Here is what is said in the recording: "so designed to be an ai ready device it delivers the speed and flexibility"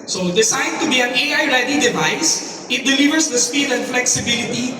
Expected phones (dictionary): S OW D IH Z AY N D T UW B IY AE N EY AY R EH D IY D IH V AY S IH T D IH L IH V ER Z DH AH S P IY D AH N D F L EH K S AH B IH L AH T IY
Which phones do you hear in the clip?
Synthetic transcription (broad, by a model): S OW D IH S AY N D T UW B IY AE N EY AY R EH D IY D IH V AY S IH T D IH L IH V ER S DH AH S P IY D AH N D F L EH K S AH B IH L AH T IY